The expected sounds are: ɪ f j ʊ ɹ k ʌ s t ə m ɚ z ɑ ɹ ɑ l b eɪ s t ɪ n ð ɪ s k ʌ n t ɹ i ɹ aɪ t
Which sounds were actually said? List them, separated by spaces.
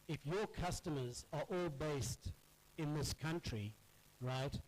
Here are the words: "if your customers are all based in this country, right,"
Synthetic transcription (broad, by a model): ɪ f j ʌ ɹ k ʌ s t ə m ɚ z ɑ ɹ ɑ l b eɪ s t ɪ n ð ɪ s k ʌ n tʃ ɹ i ɹ aɪ t